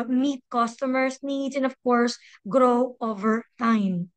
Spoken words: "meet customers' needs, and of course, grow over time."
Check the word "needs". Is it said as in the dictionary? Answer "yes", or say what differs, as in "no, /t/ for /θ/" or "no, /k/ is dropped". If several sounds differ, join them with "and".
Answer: no, /z/ is dropped